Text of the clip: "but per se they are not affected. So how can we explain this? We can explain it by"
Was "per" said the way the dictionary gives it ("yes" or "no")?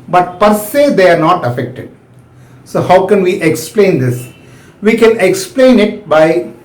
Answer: yes